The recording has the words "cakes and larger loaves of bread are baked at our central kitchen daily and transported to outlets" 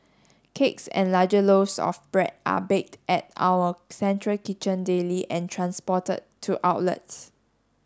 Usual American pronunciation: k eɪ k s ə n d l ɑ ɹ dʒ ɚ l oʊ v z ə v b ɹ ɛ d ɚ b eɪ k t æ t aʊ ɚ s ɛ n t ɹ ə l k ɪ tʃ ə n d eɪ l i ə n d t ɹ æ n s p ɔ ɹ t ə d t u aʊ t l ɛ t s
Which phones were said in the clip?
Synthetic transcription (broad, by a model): k eɪ k s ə n l ɑ dʒ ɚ l oʊ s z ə f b ɹ ɛ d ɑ b eɪ k t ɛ t aʊ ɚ s ɛ n t ɹ ə l k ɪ tʃ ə n d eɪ l i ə n t ɹ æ n s p ɔ t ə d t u aʊ t l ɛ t s